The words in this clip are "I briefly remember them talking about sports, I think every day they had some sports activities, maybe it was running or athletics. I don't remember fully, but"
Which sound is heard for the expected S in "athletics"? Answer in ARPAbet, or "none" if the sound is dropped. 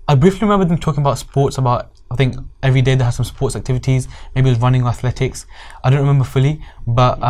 S